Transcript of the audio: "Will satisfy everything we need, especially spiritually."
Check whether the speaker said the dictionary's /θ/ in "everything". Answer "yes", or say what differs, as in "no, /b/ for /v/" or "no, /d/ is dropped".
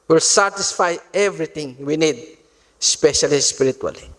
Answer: no, /t/ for /θ/